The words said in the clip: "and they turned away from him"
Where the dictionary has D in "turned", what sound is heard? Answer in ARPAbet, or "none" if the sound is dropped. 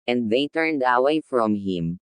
D